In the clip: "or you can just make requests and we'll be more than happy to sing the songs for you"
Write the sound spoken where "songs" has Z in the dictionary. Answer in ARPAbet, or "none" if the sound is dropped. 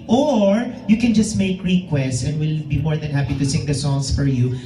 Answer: S